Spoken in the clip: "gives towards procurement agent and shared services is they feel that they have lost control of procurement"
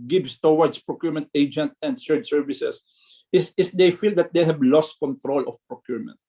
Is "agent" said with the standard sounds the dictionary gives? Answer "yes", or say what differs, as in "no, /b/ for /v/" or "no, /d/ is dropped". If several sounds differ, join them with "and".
yes